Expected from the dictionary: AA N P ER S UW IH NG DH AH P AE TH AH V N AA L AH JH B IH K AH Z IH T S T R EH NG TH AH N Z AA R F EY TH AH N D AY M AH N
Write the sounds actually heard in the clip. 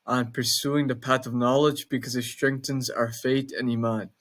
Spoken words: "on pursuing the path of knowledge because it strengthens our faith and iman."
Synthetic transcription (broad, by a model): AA N P ER S UW IH NG DH AH P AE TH AH V N AA L AH JH B IH K AH Z IH T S T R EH NG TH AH N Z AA R F EY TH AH N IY M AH N